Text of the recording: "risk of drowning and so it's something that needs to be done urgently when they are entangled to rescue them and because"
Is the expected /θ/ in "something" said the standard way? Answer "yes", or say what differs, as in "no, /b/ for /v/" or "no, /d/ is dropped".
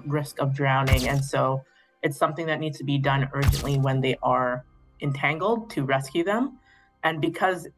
yes